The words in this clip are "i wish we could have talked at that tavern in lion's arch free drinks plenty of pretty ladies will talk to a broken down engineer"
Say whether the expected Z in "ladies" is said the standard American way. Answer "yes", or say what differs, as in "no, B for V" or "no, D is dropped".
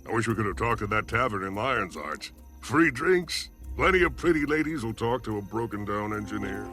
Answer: yes